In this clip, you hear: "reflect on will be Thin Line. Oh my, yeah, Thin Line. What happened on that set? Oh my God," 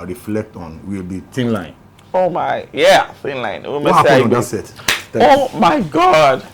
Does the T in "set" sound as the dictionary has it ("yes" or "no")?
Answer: no